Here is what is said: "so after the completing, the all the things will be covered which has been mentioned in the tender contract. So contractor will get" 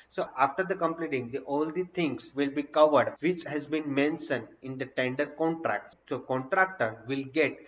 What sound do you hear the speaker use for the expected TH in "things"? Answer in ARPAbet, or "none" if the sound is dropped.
T